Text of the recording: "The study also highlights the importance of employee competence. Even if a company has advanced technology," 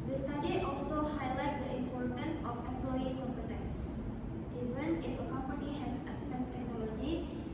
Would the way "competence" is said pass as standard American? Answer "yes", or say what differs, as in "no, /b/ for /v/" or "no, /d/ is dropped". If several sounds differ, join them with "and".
yes